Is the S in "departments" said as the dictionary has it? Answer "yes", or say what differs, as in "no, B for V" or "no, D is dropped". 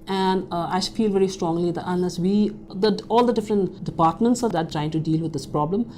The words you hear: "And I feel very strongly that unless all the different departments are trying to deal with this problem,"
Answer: yes